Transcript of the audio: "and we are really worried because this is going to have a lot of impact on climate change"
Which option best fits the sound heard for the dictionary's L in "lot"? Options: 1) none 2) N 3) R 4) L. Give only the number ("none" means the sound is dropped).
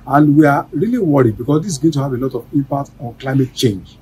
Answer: 4